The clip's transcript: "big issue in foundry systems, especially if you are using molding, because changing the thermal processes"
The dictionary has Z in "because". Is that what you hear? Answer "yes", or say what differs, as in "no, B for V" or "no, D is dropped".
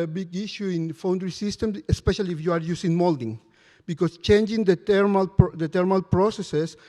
no, S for Z